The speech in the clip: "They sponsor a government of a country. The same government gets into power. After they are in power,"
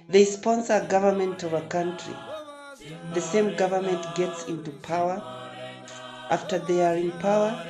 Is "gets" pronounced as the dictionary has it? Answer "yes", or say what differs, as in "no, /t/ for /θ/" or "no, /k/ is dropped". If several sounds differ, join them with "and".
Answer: yes